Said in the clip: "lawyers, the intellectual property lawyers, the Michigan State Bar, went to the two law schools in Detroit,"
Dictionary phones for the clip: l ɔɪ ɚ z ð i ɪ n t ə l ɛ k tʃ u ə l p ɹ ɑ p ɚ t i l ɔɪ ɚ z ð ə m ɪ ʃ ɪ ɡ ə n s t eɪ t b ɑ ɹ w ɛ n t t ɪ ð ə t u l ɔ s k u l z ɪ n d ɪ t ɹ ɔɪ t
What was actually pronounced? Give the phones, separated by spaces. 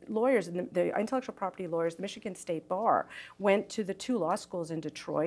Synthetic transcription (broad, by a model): l ɔɪ ɚ z ð i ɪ n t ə l ɛ k tʃ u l p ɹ ɑ p ɚ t i l ɔɪ ɚ z ð ə m ɪ ʃ ɪ ɡ ə n s t eɪ t b ɑ ɹ w ɛ n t t ɪ ð ə t u l ɔ s k u l z ɪ n d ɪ t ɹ ɔɪ